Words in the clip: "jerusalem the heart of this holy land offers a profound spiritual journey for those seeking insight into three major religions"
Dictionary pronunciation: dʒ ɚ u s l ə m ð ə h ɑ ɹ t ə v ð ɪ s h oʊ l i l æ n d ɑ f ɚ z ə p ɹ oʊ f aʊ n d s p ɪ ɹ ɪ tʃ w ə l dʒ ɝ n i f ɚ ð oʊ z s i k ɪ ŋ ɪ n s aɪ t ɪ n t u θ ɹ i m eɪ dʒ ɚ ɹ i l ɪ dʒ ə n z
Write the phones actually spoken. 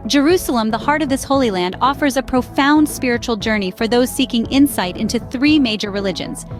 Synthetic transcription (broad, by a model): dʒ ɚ u s l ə m ð ə h ɑ ɹ t ə v ð ɪ s h oʊ l i l æ n d ɑ f ɚ z ə p ɹ oʊ f aʊ n d s p ɪ ɹ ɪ tʃ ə l dʒ ɝ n i f ɚ ð oʊ z s i k ɪ ŋ ɪ n s aɪ t ɪ n t u θ ɹ i m eɪ dʒ ɚ ɹ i l ɪ dʒ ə n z